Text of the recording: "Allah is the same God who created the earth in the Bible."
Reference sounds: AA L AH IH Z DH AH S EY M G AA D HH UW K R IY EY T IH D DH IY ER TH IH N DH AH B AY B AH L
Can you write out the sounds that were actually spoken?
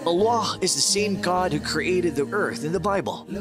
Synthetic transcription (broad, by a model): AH L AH IH Z DH AH S EY M G AA D HH UW K R IY EY T IH D DH IY ER TH IH N DH AH B AY B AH L